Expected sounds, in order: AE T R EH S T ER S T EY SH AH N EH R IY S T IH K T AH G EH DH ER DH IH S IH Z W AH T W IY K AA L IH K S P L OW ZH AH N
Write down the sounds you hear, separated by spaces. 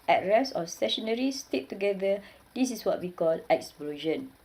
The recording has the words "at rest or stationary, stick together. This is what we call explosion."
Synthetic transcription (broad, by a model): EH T R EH S AO S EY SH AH N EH R IY S T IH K T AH G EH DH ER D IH S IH S W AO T W IY K AA L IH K S P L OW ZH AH N